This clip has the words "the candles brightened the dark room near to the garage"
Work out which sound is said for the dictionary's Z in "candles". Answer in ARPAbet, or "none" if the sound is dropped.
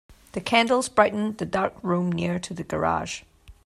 Z